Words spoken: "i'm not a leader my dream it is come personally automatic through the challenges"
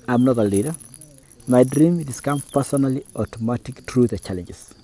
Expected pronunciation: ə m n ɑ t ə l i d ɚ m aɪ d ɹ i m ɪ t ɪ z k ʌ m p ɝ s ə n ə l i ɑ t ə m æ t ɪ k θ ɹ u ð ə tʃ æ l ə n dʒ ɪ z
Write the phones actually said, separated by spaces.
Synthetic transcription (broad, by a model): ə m n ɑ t ə l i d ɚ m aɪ d ɹ i m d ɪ s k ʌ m p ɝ s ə n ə l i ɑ t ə m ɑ t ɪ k t ɹ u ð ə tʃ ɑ l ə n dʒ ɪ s